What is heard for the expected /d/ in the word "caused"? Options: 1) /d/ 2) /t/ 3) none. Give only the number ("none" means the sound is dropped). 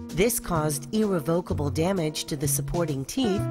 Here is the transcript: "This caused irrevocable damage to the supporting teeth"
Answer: 1